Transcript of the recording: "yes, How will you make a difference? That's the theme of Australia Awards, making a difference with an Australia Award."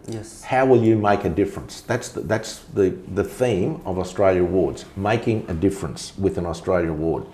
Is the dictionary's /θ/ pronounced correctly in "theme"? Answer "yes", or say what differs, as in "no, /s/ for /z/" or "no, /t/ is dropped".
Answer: yes